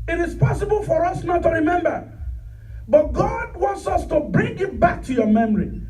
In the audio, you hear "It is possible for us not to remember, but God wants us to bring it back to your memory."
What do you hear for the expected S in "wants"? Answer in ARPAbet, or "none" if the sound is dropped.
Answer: S